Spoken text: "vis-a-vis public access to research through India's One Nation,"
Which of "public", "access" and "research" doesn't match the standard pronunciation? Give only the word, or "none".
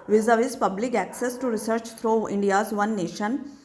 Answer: none